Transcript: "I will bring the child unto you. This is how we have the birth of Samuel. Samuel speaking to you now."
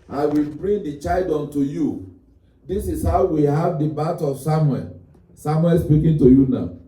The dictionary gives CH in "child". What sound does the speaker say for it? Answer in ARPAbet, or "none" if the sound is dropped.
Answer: CH